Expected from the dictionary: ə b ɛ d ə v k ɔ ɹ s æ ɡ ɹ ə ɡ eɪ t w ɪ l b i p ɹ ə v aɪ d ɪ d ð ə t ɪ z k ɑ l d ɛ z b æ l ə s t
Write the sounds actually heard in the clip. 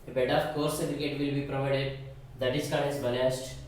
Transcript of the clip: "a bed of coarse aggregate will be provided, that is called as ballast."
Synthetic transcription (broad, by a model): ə b ɛ d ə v k ɔ ɹ s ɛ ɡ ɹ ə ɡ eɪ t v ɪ l b i p ɹ ə v aɪ d ɪ d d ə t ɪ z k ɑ d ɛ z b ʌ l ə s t